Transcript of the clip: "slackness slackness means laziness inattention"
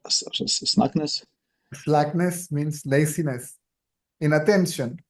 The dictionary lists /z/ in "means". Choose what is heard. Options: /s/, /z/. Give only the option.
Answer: /s/